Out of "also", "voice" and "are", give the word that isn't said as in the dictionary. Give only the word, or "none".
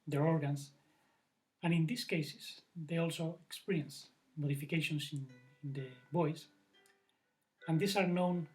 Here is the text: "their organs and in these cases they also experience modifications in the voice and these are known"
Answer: voice